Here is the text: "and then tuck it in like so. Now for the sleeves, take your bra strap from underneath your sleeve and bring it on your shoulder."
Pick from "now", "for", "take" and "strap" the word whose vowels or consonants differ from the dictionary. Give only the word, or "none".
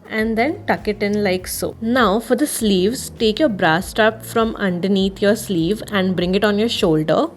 strap